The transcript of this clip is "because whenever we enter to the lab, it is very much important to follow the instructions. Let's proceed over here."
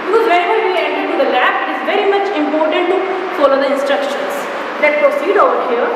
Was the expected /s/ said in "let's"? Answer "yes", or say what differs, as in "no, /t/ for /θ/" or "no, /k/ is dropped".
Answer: no, /s/ is dropped